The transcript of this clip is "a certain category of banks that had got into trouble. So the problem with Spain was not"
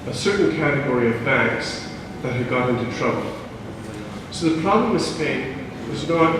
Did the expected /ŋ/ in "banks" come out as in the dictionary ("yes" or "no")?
yes